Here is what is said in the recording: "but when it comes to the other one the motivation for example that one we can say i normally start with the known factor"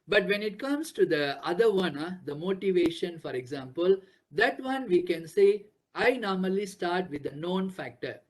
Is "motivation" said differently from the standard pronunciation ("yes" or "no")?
no